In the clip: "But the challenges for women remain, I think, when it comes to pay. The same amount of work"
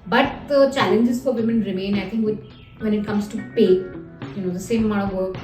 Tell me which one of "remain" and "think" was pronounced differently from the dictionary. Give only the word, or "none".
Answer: think